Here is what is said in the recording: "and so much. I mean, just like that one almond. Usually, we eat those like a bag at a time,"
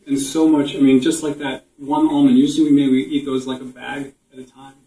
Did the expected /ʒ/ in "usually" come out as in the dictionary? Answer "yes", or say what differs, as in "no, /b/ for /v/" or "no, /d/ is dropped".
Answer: no, /z/ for /ʒ/